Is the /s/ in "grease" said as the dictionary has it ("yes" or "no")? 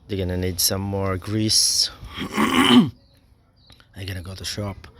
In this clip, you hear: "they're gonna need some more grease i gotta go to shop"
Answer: yes